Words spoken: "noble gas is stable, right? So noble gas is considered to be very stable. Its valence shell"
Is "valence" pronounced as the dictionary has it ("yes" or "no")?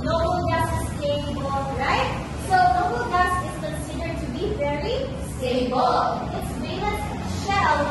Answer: no